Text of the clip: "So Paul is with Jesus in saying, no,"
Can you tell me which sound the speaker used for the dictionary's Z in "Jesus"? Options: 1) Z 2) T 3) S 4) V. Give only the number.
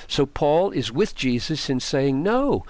1